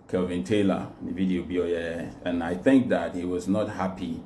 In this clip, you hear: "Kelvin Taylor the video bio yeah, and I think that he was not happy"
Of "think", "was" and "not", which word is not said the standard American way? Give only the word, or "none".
none